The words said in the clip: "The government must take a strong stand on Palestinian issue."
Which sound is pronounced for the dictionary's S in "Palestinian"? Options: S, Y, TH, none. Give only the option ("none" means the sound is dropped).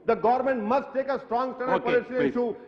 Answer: none